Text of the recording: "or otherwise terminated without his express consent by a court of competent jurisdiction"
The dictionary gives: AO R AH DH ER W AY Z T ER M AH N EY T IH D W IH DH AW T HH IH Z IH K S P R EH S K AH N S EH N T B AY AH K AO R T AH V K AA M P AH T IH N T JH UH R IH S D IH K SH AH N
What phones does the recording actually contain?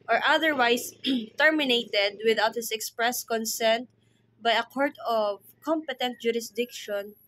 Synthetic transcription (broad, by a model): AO R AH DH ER W AY S T ER M AH N EY T IH D W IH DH AW T HH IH S IH K S P R EH S K AH N S EH N T B AY AH K AO R T AH V K AA M P AH T IH N T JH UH R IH S D IH K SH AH N